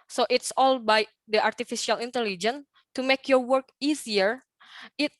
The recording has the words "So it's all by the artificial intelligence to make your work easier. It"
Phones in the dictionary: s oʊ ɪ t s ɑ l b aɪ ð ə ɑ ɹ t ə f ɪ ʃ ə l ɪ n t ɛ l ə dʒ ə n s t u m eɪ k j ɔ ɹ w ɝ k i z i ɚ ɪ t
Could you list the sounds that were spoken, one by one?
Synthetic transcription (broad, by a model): s oʊ ɪ t s ɑ l b aɪ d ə ɑ ɹ t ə f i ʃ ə l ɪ n t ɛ l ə dʒ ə n t u m eɪ k j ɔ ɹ w ɝ k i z i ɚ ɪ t